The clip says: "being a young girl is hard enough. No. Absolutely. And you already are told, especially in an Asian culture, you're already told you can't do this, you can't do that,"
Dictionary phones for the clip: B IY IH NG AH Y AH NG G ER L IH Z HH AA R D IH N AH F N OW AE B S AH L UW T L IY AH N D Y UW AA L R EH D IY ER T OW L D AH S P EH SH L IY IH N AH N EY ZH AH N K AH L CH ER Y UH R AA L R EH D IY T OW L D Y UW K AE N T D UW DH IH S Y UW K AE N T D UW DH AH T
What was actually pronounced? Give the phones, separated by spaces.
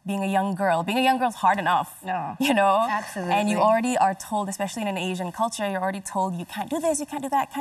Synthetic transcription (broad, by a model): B IY IH NG AH Y AH NG G ER L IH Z HH AA R D IH N AH F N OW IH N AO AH AE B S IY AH N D Y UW AA L R EH D IY ER T OW L D AH S P EH SH L IY IH N AH N EY ZH AH N K AH L CH ER Y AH R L R EH D IY T OW L D Y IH K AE N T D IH DH IH S Y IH K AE N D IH DH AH T